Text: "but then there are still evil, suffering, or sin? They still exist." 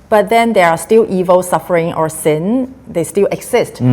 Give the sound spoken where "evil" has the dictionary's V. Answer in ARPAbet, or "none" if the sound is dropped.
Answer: V